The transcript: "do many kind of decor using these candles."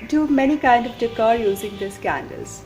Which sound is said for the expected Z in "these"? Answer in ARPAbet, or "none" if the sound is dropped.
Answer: S